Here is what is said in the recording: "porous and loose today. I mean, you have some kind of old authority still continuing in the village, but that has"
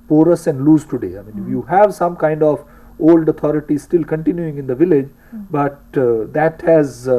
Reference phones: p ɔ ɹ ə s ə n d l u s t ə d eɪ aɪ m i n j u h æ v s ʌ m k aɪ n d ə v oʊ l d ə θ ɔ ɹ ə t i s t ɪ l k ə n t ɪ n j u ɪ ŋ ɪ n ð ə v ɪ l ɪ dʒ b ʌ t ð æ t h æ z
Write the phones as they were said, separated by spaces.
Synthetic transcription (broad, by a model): p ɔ ɹ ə s ə n d l u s t ə d eɪ aɪ m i n j u h æ v s ʌ m k aɪ n d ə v oʊ l d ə t ɔ ɹ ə t i s t ɪ l k ə n t ɪ n j u ɪ ŋ ɪ n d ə v ɪ l ɪ dʒ b ʌ t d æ t h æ z